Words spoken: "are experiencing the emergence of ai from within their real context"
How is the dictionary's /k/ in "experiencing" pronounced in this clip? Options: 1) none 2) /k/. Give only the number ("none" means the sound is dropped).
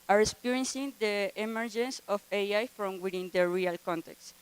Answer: 1